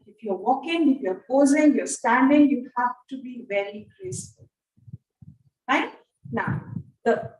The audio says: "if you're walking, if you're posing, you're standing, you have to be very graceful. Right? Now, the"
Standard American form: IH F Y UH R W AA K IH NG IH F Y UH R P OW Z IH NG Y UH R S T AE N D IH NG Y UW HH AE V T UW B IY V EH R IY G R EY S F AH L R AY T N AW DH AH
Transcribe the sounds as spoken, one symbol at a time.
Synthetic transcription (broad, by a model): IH F Y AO W AA K IH NG IH F Y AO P OW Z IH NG Y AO S T AE N D IH NG Y UW HH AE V T UW B IY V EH L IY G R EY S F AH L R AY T N AW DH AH